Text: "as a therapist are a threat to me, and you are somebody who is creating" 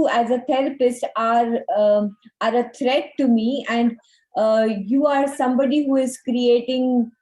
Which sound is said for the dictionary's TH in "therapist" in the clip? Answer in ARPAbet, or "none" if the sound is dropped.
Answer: T